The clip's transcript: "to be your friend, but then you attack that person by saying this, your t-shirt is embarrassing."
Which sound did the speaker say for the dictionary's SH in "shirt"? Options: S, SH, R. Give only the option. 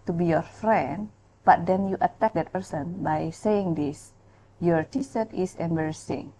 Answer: S